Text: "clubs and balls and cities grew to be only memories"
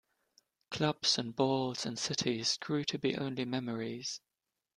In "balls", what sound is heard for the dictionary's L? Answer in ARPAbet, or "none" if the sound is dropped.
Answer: L